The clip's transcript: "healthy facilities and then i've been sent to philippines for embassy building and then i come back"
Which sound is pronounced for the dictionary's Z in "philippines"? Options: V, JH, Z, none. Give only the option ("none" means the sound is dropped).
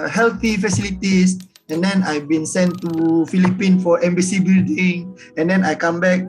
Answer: none